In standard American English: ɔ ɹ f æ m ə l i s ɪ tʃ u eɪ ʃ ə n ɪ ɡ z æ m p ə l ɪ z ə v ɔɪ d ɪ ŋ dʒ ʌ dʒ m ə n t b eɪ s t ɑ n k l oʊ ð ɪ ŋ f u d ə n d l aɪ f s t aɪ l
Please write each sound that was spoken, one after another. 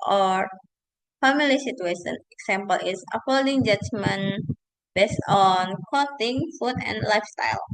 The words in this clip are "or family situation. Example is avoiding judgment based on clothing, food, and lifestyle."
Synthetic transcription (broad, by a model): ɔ ɹ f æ m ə l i s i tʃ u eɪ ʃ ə n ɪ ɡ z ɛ m p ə l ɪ s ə f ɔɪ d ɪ ŋ dʒ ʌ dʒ m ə n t b eɪ s t ɑ n k oʊ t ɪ ŋ f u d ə n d l aɪ f s t aɪ l